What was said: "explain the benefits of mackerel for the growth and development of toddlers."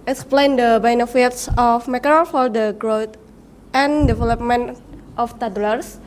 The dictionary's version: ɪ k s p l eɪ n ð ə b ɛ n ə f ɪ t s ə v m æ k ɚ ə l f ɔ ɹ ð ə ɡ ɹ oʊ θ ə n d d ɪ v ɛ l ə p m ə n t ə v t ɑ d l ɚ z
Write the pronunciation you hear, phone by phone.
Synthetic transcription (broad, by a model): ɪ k s p l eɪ n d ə b ɛ n ə f ɪ t s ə f m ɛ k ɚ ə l f ɔ ɹ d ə ɡ ɹ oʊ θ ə n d d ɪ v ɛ l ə p m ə n t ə f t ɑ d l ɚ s